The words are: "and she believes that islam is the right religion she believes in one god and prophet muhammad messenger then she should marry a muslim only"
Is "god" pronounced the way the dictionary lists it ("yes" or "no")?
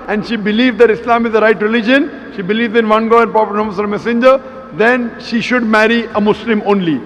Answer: no